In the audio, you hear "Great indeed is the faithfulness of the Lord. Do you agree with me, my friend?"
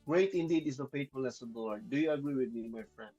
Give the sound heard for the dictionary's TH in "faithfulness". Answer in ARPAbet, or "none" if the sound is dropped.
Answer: T